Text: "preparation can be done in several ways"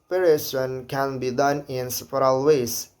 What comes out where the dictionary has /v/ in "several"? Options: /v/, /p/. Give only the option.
/p/